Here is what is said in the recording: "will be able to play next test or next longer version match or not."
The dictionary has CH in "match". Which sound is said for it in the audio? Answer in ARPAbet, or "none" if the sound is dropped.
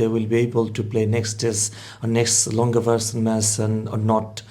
S